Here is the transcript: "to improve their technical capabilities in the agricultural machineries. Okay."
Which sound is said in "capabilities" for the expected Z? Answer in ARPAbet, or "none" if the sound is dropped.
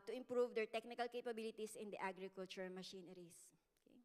S